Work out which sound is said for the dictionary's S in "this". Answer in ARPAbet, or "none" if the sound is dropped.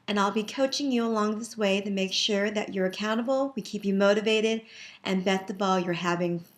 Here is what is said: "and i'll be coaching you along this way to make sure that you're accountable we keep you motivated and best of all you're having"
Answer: S